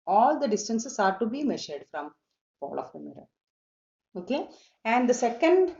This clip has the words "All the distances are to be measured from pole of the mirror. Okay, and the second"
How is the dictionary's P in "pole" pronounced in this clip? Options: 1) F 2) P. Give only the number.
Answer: 1